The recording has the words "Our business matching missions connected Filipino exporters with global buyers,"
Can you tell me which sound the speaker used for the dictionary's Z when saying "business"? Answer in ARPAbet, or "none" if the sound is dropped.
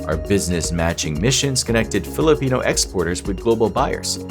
Z